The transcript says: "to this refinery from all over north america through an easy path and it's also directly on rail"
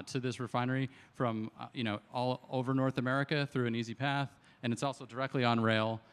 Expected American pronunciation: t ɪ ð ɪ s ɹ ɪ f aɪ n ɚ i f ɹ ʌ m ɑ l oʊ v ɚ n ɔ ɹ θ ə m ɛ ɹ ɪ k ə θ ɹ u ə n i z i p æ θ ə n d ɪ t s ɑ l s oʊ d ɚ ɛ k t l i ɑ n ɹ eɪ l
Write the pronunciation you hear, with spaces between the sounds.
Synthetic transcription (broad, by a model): t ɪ ð ɪ s ɹ ɪ f aɪ n ɚ i f ɹ ʌ m ɑ l oʊ v ɚ n ɔ ɹ θ ə m ɛ ɹ ɪ k ə θ ɹ u ə n i z i p æ θ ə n ɪ t s ɑ l s oʊ d ɚ ɛ k t l i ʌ n ɹ eɪ l